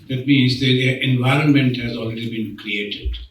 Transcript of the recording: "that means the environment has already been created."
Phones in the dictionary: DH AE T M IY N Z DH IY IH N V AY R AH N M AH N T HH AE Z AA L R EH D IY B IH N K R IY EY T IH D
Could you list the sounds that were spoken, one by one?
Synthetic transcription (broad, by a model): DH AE T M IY N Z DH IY IH N V AY R AH N M AH N T HH AE Z AA L R EH D IY B IH N K R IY EY T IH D